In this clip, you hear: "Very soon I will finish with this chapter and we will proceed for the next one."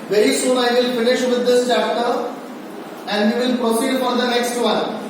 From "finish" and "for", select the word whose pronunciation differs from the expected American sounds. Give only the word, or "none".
for